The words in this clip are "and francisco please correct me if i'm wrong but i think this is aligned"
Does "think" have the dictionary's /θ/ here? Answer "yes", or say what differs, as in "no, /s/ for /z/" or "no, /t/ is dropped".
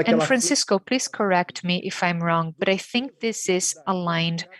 yes